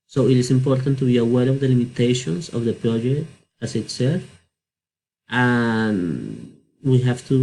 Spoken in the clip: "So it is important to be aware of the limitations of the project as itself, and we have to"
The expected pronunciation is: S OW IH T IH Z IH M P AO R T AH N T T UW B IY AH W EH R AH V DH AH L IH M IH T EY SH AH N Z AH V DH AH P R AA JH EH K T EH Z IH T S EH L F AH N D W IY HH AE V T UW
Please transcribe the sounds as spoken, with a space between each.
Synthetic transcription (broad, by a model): S OW IH T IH S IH M P AO R T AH N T T UW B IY AH W EH R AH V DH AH L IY M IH T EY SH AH N S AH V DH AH P R AA JH EH K T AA S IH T S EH F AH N W IY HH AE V T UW